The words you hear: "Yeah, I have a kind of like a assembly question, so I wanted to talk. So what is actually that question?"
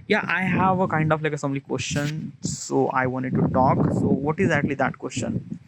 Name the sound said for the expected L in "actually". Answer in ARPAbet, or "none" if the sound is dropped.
L